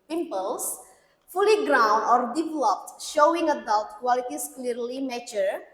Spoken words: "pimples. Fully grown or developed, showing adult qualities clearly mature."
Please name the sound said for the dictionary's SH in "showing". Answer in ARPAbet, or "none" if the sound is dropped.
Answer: SH